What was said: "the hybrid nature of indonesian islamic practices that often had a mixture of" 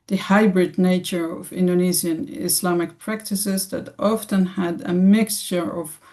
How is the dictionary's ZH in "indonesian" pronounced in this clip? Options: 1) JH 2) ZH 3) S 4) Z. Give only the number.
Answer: 4